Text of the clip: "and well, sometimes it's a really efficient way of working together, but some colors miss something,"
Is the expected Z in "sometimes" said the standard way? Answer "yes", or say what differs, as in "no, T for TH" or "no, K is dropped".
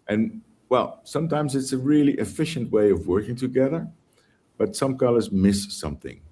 yes